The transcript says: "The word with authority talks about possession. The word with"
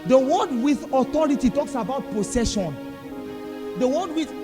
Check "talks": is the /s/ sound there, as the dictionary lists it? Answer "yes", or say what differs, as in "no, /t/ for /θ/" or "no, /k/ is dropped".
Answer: yes